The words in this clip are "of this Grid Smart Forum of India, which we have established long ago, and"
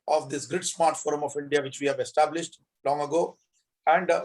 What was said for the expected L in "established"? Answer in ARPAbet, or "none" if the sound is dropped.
L